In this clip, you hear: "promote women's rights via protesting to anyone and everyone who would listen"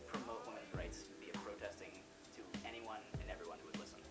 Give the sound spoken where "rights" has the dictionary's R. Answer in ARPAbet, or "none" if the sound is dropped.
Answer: R